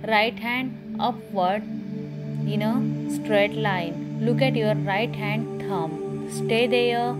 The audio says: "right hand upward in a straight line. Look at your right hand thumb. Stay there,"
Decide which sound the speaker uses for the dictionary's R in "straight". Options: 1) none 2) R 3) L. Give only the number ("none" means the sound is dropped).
2